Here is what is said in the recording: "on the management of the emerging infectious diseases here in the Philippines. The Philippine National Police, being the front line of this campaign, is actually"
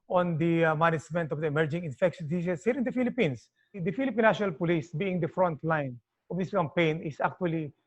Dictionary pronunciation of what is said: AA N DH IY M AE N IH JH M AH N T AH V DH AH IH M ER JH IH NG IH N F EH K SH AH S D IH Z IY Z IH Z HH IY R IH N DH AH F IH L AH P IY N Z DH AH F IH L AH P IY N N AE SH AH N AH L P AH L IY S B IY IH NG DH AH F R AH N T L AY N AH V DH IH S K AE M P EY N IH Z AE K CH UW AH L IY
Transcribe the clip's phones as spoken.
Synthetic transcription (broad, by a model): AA N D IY M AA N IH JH M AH N T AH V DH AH IH M ER JH IH NG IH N F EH K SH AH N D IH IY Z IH S HH IY R IH N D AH F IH L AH P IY N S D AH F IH L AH P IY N N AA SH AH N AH L P AH L IY S B IY IH NG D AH F R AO N T L AY N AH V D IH S K AE M P EY N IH S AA K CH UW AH L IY